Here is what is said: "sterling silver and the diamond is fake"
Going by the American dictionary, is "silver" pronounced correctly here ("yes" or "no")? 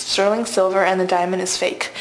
yes